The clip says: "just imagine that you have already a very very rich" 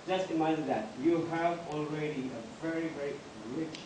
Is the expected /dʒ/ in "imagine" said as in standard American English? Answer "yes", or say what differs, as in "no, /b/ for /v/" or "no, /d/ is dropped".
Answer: no, /dʒ/ is dropped